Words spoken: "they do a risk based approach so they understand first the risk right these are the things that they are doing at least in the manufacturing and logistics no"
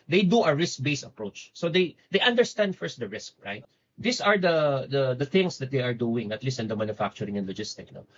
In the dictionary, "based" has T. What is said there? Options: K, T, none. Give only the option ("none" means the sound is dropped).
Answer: none